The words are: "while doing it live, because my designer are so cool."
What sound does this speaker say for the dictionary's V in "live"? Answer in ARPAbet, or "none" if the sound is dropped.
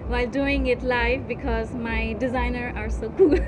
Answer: F